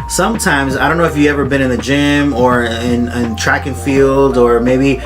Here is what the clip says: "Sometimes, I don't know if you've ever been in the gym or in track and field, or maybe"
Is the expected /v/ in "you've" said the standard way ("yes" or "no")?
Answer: no